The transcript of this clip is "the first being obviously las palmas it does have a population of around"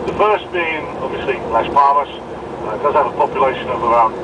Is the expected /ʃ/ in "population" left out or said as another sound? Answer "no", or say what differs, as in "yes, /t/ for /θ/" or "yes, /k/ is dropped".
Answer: no